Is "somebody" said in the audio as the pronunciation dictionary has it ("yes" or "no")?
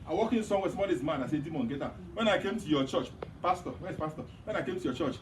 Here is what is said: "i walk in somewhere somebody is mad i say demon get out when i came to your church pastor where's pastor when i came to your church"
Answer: no